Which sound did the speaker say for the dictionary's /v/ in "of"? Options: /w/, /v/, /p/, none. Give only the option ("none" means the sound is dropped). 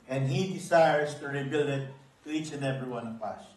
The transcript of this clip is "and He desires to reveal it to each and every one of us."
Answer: /p/